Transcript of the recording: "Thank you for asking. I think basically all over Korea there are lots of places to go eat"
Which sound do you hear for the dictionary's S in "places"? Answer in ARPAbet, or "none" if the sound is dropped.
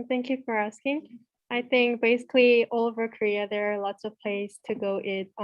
none